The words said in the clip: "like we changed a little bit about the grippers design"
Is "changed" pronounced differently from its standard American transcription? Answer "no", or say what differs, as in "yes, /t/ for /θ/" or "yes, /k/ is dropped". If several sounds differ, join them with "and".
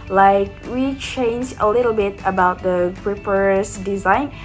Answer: yes, /d/ is dropped